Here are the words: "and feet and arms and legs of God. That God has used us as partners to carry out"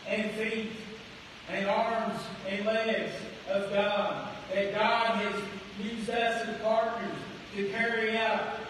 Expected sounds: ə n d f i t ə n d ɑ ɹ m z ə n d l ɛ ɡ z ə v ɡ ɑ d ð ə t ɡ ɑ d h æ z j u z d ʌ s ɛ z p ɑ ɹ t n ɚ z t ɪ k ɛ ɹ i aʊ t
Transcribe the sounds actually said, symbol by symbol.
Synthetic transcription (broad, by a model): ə n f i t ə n ɑ ɹ m z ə n l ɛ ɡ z ə v ɡ ɑ d ð ə t ɡ ɑ d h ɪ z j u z ʌ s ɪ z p ɑ ɹ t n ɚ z t ɪ k ɛ ɹ i aʊ t